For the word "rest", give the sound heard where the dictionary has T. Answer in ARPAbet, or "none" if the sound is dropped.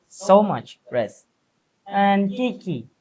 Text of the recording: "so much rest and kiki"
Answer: none